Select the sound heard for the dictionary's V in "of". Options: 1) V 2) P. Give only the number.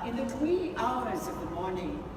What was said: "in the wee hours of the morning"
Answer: 1